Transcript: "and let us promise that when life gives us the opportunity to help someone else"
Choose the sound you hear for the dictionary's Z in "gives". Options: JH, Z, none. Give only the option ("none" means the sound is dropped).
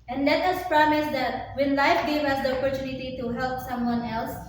none